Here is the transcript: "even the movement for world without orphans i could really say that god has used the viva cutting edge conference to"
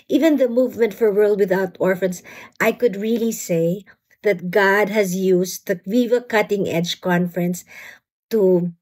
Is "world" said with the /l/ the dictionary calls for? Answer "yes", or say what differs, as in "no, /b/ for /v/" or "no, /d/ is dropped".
yes